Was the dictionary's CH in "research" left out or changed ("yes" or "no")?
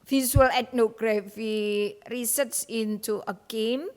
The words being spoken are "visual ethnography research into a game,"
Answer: yes